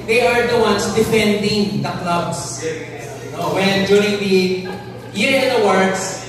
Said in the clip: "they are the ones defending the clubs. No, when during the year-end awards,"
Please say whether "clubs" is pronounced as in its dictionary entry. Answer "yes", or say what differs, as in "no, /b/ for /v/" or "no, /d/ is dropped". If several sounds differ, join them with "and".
no, /s/ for /z/